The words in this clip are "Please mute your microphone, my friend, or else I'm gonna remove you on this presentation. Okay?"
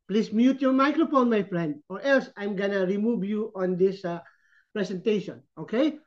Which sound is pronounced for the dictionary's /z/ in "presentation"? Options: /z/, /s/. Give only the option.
/s/